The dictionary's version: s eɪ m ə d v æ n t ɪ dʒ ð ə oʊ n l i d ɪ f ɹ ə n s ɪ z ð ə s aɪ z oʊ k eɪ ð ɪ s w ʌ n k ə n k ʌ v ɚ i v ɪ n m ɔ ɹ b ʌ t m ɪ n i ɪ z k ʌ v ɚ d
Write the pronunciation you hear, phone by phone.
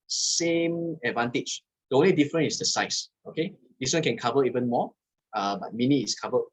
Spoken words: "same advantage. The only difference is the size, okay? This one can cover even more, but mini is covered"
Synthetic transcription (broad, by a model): s eɪ m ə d v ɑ n t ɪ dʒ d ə oʊ n l i d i f ɹ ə n ɪ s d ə s aɪ s oʊ k eɪ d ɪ s w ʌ n k ə n k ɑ v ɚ i v ɪ n m ɔ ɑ b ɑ t m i n i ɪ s k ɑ v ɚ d